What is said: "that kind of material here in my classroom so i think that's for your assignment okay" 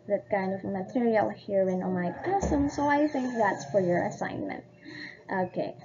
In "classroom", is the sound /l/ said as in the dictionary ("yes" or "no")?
no